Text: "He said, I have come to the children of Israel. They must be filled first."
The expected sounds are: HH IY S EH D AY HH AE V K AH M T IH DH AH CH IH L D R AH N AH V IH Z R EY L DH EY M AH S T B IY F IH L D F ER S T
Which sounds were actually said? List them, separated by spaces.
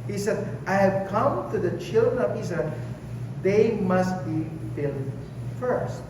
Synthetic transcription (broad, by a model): HH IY S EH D AY HH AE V K AH M T IH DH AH CH IH L D R AH N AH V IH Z EY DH EY M AH S T B IY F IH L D F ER S T